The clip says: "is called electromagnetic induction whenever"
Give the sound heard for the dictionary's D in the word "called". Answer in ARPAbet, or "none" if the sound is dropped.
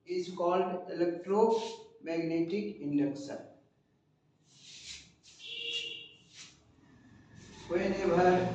D